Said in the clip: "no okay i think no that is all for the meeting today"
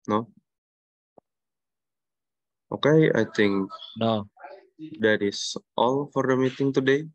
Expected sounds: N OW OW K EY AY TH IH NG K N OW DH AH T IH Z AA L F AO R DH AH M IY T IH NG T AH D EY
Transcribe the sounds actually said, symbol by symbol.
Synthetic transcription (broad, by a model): N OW OW K EY AY T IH NG K N OW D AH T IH S AA L F AO R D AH M IY T IH NG T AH D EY